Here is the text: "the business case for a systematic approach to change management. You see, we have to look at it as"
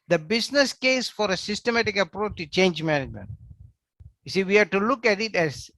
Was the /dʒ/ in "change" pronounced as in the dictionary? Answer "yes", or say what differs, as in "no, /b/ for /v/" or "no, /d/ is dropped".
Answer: yes